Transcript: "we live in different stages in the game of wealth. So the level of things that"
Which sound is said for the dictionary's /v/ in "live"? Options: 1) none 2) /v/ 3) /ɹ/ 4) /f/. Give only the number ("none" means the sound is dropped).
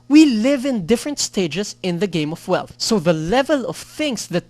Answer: 2